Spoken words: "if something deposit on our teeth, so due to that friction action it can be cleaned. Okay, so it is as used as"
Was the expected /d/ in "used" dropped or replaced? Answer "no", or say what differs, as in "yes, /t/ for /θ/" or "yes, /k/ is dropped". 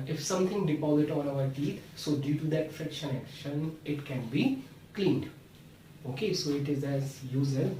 yes, /d/ is dropped